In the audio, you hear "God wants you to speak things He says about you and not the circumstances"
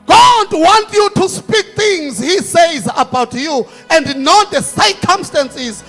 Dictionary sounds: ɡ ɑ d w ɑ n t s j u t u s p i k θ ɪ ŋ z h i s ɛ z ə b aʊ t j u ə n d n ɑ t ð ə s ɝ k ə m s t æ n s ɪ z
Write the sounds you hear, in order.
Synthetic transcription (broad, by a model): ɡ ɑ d w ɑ n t j u t u s p i k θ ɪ ŋ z h i s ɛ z ə b aʊ t j u ə n d n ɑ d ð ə s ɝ k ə m s t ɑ n s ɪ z